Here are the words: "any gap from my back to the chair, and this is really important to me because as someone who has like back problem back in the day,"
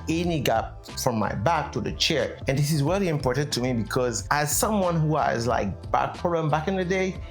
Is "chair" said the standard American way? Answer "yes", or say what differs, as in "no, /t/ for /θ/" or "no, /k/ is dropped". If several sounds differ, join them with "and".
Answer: yes